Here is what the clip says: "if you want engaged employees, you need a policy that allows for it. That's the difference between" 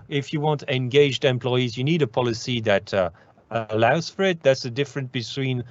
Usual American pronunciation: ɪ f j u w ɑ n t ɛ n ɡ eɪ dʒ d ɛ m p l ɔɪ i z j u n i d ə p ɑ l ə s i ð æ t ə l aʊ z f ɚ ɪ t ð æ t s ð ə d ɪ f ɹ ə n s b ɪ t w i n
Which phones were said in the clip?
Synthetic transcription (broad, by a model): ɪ f j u w ɑ n t ɛ n ɡ eɪ dʒ d ɛ m p l ɔɪ i z j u n i d ə p ɑ l ə s i ð æ t ə l aʊ z f ɚ ɪ t ð æ t s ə d ɪ f ɹ ə n s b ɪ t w i n